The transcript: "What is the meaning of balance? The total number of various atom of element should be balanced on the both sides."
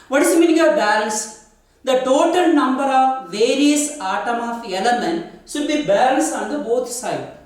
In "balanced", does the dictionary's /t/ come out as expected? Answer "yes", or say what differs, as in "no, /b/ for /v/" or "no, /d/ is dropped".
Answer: no, /t/ is dropped